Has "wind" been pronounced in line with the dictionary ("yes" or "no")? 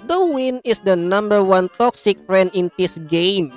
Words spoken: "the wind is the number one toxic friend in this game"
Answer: no